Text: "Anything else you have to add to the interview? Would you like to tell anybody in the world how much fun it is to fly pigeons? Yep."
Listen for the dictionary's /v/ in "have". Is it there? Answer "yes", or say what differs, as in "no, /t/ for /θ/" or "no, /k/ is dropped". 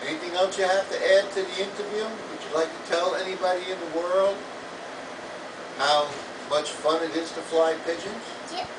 no, /f/ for /v/